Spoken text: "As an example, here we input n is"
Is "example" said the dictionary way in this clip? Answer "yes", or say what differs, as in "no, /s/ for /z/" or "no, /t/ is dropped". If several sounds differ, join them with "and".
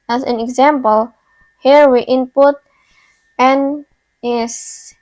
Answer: yes